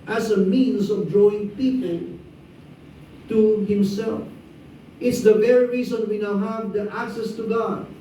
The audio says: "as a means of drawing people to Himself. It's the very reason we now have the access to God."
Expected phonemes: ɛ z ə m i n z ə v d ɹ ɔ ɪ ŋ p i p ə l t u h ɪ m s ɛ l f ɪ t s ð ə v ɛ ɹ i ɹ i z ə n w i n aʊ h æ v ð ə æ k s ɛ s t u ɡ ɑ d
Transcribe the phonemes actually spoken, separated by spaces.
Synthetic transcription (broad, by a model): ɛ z ə m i n s ə v d ɹ ɔ ɪ ŋ p i p ə l t u h ɪ m s ɛ l f ɪ t s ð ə v ɛ ɹ i ɹ i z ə n w i n aʊ h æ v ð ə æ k s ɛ s t u ɡ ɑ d